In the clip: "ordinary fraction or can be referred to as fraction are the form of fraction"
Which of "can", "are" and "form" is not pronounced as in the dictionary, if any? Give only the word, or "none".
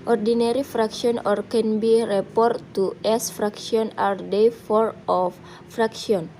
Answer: form